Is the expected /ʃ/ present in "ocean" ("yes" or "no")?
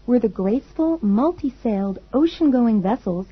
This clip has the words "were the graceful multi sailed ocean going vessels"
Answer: yes